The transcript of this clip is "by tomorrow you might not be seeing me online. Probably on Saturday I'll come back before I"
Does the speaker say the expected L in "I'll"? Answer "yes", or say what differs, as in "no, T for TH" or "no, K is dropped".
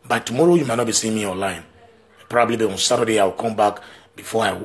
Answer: no, W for L